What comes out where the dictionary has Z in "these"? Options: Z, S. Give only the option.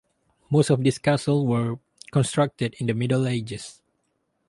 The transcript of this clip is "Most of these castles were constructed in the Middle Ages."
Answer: S